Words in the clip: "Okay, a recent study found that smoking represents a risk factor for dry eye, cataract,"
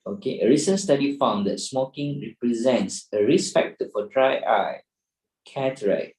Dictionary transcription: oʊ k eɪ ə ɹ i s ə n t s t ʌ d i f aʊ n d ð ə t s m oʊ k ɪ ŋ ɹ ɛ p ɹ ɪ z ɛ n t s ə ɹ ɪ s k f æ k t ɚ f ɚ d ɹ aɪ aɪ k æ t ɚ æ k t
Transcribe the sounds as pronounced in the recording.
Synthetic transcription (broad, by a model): oʊ k eɪ ə ɹ i s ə n s t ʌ d i f aʊ n d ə t s m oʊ k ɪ ŋ ɹ ɛ p ɹ ɪ z ɛ n t s ə ɹ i s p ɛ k t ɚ f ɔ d ɹ aɪ aɪ k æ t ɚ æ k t